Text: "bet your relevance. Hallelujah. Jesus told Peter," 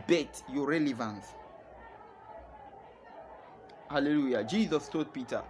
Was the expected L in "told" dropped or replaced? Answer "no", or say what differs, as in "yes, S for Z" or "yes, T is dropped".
yes, L is dropped